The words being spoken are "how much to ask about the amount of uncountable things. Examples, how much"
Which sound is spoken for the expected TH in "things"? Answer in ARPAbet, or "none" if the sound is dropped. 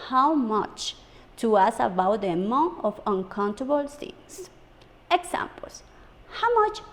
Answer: S